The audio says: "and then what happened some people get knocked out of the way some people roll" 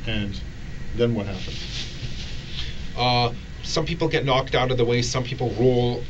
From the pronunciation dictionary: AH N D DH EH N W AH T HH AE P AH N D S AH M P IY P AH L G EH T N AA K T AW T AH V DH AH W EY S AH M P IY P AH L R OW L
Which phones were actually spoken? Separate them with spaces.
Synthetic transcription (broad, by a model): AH N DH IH N W AH T HH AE P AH N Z S AH M P IY P L G EH T N AA K T AW T AH V DH AH W EY S AH M P IY P L R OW L